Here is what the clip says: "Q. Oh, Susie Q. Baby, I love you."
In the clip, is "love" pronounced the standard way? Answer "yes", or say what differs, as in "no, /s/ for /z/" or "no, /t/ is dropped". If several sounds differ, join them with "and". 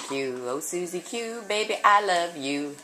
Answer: yes